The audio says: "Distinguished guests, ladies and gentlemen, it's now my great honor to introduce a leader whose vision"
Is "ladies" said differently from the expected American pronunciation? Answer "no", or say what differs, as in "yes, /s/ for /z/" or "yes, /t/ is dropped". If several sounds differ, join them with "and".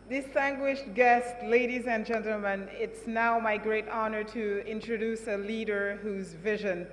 no